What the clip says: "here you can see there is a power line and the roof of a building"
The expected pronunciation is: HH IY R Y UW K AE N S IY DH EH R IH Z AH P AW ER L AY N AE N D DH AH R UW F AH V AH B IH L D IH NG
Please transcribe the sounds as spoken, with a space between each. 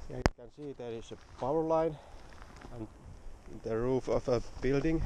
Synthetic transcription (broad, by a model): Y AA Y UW K AE N S IY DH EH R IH S AH P AW ER L AY N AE N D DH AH R UW F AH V AH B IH L D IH NG